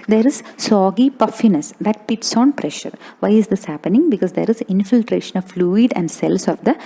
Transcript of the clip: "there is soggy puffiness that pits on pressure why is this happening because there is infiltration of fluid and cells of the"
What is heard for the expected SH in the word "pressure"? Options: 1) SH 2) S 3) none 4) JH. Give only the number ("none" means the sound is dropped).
1